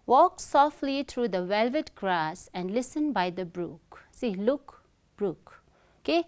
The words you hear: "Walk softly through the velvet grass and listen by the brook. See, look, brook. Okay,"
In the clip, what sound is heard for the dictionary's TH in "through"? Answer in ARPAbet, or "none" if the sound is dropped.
T